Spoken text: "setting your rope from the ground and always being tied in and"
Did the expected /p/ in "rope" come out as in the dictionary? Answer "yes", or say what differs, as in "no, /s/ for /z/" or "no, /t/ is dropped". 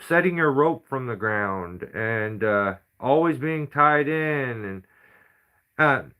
yes